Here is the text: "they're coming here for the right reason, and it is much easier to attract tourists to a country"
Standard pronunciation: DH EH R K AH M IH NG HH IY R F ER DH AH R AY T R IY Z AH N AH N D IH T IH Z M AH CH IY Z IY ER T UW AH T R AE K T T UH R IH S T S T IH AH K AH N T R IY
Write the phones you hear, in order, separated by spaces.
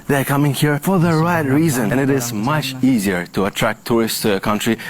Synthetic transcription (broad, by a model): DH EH R K AH M IH NG HH IY R F ER DH AH R AY T R IY Z AH N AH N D IH T IH Z M AH CH IY Z IY ER T UW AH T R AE K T T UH R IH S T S T IH AH K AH N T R IY